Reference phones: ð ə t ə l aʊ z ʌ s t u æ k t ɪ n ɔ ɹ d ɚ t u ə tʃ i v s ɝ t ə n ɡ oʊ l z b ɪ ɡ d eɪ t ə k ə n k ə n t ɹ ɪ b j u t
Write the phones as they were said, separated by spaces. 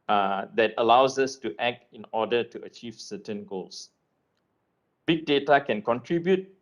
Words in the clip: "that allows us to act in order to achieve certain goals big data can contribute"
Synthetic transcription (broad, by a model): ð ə t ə l aʊ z ʌ s t u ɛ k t ɪ n ɔ d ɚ t u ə tʃ i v s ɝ t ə n ɡ oʊ l s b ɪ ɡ d eɪ t ə k ə n k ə n t ɹ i b j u t